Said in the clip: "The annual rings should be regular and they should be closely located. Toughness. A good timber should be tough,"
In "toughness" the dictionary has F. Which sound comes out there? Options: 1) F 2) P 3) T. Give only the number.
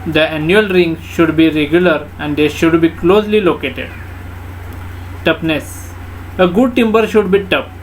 2